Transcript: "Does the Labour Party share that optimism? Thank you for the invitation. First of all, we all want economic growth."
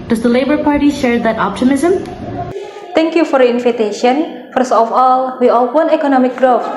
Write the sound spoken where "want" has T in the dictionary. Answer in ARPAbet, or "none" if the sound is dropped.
none